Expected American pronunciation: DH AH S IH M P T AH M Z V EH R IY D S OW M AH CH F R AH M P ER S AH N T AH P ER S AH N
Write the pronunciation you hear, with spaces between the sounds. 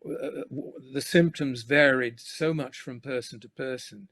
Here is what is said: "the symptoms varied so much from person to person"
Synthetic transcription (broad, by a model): DH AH S IH M P T AH M Z V EH R IY D S OW M AH CH F R AH M P ER S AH N T AH P ER S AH N